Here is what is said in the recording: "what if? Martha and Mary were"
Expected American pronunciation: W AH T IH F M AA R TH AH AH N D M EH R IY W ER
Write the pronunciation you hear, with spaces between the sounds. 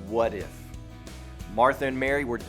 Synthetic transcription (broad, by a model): W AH T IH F M AA R TH AH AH N M EH R IY W ER